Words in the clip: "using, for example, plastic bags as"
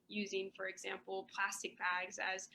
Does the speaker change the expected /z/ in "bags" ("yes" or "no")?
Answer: no